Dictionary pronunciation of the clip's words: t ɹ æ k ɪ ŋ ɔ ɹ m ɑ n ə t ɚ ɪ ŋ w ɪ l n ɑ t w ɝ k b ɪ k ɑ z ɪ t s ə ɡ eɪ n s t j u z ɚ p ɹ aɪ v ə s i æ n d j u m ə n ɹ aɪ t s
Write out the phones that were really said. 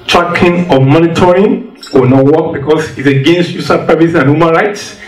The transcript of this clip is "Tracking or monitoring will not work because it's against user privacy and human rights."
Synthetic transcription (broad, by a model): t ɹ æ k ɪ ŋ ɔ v m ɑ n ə t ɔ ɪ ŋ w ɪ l n ɑ t w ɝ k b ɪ k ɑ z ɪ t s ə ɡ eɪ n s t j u s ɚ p aɪ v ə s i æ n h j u m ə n ɹ aɪ t s